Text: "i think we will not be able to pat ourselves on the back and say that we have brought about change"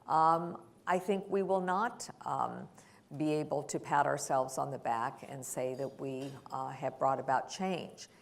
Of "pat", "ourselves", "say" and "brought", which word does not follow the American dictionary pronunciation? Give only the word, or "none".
none